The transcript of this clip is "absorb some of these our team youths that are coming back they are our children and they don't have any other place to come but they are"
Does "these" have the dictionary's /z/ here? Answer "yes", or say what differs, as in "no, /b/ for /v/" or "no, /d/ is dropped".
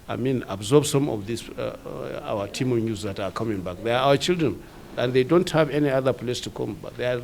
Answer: no, /s/ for /z/